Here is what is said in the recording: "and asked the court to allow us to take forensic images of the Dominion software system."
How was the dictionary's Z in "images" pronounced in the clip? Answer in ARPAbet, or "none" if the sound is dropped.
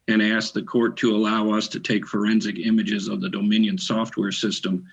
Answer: Z